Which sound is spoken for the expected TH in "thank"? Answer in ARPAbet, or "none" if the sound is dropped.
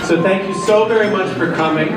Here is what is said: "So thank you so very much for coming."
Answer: TH